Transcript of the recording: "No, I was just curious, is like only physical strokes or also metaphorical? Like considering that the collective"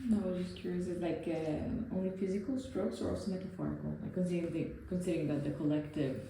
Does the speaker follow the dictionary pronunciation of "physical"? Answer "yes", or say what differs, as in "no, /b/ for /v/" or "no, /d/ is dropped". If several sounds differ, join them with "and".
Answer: yes